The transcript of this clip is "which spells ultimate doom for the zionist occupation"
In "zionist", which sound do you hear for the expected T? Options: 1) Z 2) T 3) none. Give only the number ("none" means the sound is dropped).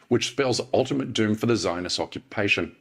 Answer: 3